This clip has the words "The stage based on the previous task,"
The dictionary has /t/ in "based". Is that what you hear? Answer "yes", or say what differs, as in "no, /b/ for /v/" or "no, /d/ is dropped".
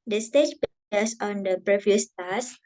no, /t/ is dropped